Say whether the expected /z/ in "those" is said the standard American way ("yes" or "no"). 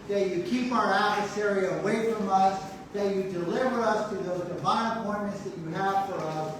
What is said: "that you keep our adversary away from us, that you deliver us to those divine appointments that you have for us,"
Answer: yes